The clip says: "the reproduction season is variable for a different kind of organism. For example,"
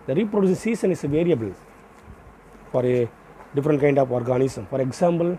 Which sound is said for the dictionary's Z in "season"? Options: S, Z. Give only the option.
S